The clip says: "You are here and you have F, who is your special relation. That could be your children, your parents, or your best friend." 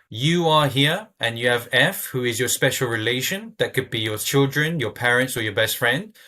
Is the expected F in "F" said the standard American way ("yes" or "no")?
yes